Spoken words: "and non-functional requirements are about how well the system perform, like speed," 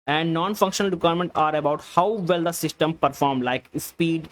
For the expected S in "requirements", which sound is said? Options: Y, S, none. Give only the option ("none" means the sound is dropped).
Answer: none